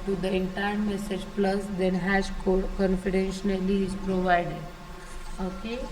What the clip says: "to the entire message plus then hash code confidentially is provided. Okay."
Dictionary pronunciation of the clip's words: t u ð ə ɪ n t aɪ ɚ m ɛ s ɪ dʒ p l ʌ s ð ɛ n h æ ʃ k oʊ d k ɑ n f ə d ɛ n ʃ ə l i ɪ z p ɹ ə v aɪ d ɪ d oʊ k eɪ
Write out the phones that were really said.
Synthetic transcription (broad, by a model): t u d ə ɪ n t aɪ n m ɛ s ɪ dʒ p l ʌ s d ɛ n h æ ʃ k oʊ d k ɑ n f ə d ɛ n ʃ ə n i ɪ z p ɹ ə v aɪ d ɪ d oʊ k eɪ